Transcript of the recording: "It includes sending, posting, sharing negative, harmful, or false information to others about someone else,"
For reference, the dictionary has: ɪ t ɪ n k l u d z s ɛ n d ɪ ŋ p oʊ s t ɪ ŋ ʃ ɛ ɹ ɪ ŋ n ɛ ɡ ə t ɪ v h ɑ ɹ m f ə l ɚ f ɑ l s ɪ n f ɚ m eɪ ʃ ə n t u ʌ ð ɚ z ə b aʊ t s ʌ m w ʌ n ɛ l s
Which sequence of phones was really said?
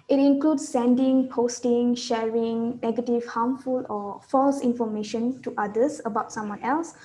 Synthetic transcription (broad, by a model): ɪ t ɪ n k l u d s ɛ n d ɪ ŋ p oʊ s t ɪ ŋ ʃ ɛ ɹ ɪ ŋ n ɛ ɡ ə t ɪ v h ɑ m f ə l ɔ f ɑ l s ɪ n f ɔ m eɪ ʃ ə n t u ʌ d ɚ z ə b aʊ t s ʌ m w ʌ n ɛ l s